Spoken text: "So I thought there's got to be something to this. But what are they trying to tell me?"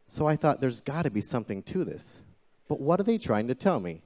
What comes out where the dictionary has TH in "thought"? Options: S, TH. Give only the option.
TH